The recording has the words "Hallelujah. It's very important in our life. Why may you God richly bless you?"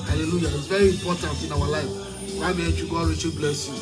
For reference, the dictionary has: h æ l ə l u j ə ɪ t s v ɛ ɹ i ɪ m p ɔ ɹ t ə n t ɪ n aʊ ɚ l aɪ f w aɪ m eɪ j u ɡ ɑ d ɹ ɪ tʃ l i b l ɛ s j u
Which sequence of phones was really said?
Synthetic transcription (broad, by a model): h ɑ l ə l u j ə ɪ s v ɛ ɹ i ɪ m p ɔ t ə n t ɪ n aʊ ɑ l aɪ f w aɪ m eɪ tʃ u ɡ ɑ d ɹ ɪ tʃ i b l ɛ s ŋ